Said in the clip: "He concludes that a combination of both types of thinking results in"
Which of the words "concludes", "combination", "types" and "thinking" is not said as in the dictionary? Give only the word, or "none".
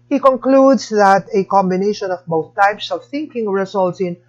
concludes